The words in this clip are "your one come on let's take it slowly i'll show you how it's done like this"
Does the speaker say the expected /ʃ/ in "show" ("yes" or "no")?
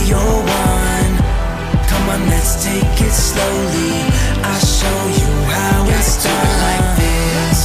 yes